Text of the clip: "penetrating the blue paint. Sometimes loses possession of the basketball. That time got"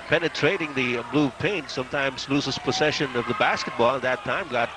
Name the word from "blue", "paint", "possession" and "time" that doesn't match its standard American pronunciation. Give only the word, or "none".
possession